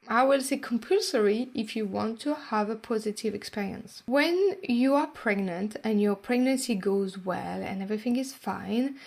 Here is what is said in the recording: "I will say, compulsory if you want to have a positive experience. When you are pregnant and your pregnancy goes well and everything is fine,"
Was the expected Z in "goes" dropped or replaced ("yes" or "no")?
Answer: no